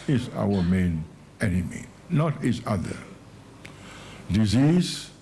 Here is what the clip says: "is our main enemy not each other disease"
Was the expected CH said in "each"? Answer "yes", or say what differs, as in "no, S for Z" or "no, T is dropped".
no, S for CH